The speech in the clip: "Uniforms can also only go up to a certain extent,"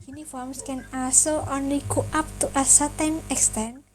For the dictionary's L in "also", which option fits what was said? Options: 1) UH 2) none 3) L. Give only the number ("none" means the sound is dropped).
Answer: 2